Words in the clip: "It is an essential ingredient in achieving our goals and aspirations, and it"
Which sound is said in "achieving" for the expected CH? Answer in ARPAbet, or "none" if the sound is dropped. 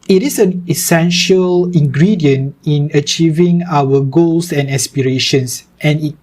CH